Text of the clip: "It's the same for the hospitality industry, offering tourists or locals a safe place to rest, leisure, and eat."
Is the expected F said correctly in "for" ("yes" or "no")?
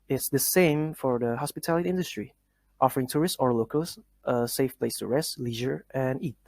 yes